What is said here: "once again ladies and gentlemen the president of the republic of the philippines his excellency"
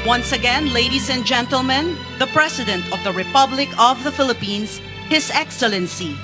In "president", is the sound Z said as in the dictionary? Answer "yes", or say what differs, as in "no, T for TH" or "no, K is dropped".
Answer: no, S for Z